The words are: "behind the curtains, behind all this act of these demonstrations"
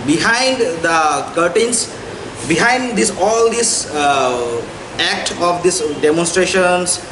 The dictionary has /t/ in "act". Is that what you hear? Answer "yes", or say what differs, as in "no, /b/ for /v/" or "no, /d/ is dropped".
yes